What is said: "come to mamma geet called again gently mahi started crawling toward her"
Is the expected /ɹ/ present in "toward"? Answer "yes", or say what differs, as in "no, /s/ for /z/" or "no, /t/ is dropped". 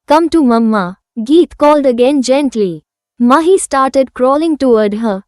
no, /w/ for /ɹ/